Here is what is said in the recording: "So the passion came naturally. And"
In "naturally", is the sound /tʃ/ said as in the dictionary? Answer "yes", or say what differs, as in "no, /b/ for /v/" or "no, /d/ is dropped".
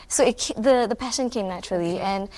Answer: yes